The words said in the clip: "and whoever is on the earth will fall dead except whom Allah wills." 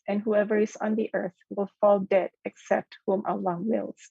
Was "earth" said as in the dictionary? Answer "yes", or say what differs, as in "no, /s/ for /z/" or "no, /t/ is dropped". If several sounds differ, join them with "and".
yes